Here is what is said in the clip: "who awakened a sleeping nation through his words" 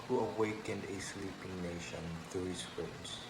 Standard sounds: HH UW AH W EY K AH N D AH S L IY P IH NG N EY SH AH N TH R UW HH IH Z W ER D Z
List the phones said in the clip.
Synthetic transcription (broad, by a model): HH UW AH W EY K AH N D AH S L IY P IH NG N EY SH AH N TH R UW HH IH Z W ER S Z